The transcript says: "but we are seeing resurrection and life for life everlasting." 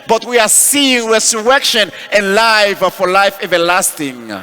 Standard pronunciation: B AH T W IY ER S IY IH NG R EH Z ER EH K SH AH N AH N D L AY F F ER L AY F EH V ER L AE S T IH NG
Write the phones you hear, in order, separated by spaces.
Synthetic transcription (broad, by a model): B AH T W IY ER S IY IH NG W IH S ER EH K SH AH N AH N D L AY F F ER L AY F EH V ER L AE S T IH NG